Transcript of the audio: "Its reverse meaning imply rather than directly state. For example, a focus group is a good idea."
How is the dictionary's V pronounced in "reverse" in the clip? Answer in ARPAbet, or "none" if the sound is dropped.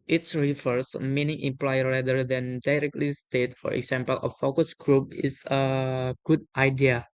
F